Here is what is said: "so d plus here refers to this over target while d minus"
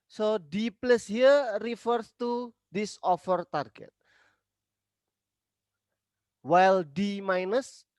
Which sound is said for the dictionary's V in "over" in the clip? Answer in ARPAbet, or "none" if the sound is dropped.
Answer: F